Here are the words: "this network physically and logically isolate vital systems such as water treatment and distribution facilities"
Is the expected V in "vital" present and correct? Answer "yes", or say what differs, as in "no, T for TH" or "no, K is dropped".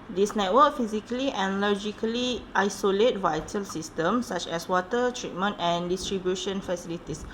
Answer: yes